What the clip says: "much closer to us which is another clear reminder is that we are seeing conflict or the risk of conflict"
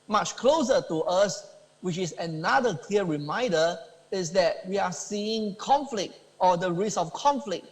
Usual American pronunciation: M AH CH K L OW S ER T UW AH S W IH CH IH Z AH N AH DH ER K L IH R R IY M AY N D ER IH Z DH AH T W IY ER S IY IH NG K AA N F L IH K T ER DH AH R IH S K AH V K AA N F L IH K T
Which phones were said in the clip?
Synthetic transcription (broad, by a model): M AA CH K L OW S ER T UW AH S W IH CH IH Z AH N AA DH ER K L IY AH R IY M AY N D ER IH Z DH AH T W IY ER S IY IH NG K AA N F L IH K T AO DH AH R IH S AH F K AA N F L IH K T